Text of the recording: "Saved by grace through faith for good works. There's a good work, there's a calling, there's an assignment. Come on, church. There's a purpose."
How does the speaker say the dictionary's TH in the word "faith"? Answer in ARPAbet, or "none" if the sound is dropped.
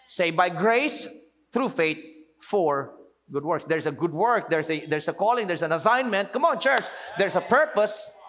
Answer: T